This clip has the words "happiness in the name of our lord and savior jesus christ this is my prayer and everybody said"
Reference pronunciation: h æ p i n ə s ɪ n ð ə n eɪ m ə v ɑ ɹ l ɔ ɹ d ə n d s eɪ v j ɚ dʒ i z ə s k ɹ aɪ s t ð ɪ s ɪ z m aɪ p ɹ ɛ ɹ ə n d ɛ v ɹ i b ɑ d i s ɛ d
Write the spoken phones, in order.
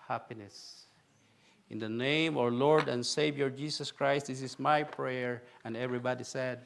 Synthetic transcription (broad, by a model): h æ p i n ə s ɪ n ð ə n eɪ ə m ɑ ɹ l ɔ ɹ d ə n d s eɪ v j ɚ dʒ i s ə s k ɹ aɪ s t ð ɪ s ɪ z m aɪ p ɹ ɛ ɹ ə n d ɛ v ɹ i b ɑ d i s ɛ d